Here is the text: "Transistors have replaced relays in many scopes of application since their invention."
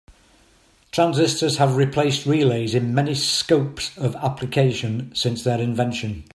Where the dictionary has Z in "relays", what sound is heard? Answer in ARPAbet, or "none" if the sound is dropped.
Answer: Z